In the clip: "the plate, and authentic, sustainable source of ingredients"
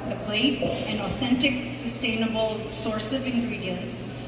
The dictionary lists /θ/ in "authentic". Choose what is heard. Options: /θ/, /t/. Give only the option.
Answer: /θ/